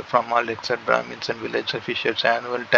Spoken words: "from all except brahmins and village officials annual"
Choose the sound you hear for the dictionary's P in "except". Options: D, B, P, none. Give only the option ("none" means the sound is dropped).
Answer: none